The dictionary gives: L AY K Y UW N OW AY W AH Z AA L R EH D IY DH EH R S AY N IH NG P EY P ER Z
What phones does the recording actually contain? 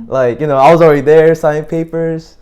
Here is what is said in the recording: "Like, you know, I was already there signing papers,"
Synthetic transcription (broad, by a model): L AY K Y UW N OW AY W AH Z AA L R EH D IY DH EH R S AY IH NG P EY P ER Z